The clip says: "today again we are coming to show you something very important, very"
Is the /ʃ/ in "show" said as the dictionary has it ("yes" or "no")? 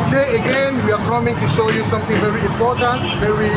yes